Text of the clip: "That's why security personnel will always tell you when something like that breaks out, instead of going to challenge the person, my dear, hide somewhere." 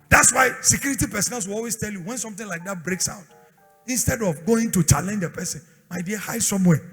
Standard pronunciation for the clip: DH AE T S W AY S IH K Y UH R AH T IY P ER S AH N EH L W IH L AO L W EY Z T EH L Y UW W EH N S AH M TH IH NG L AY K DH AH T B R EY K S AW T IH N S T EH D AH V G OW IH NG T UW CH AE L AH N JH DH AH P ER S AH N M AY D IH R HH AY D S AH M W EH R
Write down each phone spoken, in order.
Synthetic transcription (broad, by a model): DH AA T S W AY S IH K Y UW R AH T IY P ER S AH N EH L W IH L AO L W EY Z T EH L Y UW W EH N S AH M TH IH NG L AY K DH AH T B R EY K S AW T IH N S T EH D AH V G OW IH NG T UW CH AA L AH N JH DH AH P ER S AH N M AY D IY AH HH AY D S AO M W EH